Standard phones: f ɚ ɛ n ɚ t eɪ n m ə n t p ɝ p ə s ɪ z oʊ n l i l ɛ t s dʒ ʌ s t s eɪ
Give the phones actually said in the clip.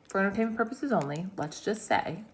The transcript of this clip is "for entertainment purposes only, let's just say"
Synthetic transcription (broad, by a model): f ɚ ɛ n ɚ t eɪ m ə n p ɝ p ə s ɪ z oʊ n l i l ɛ t s dʒ ʌ s t s eɪ